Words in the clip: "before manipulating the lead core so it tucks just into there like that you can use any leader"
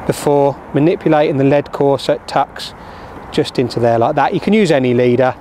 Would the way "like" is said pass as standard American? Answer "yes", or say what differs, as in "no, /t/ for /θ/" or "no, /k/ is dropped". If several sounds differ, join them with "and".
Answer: yes